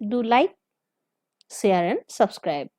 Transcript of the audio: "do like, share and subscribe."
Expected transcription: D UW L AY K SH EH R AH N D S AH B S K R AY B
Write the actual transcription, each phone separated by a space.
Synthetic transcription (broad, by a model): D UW L AY K S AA R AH N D S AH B S K R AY B